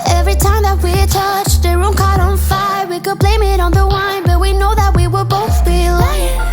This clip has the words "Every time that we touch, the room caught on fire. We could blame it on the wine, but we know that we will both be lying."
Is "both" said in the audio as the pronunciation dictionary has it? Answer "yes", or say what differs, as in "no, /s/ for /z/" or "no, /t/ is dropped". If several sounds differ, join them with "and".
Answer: yes